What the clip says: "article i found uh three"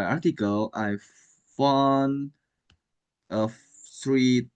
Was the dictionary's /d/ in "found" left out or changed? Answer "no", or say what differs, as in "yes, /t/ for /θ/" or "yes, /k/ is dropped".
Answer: yes, /d/ is dropped